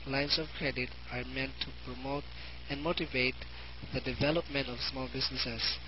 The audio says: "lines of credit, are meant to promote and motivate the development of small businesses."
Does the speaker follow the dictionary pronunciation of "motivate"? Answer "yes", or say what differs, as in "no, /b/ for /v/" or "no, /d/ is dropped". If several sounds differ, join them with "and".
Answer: yes